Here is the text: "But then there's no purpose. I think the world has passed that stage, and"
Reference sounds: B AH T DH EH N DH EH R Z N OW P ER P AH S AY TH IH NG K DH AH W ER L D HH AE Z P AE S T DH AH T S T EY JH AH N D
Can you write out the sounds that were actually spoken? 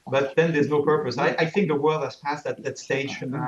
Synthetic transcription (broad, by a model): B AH T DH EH N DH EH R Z N OW P ER P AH S AY TH IH NG K DH AH W ER L D HH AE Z P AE S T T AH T S T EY AH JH